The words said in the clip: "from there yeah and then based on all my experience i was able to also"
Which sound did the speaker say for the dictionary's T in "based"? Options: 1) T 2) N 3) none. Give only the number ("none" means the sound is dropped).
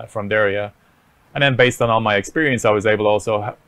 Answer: 1